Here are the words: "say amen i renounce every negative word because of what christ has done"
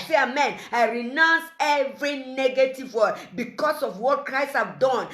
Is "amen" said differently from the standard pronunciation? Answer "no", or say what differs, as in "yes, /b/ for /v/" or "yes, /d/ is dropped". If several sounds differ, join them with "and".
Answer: no